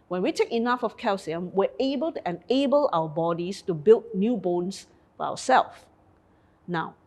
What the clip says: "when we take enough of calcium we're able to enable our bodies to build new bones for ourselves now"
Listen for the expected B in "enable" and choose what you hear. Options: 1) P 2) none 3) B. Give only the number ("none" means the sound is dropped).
3